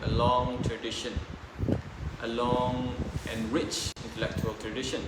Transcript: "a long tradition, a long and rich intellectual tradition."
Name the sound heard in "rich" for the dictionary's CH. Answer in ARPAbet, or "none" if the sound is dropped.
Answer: CH